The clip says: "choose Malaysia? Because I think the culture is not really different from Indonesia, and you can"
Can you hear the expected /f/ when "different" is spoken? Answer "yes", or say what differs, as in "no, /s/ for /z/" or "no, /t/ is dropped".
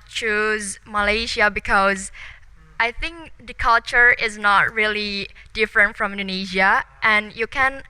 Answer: yes